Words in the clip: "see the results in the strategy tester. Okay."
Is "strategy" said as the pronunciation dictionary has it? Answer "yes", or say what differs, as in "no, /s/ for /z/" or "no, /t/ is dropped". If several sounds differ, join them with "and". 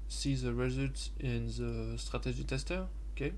no, /ʒ/ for /dʒ/